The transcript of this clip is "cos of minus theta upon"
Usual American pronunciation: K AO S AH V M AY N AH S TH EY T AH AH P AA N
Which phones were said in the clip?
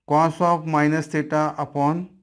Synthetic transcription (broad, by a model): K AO S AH P M AY N AH S T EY T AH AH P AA N